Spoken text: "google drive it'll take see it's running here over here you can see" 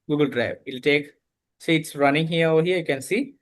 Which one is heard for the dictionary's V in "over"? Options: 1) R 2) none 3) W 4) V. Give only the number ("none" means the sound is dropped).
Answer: 2